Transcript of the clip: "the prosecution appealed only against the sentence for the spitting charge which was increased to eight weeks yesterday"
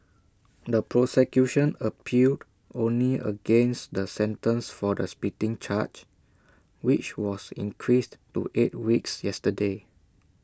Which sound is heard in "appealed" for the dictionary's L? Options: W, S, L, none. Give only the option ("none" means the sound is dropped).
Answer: none